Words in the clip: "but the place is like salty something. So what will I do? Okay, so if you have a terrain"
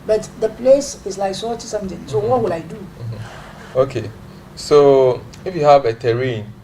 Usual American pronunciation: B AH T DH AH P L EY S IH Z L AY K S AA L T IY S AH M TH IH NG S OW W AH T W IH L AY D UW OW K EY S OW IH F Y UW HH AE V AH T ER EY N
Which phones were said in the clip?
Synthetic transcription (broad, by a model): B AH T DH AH P L EY S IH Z L AY K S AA T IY S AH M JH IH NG S OW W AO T W IH L AY D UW OW K EY S OW IH F Y UW HH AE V AH T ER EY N